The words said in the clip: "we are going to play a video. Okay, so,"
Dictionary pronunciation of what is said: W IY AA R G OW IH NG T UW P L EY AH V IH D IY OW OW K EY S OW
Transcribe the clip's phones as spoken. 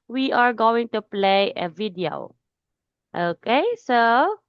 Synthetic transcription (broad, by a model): W IY AA R G OW IH NG T UW P L EY AH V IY D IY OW OW K EY S OW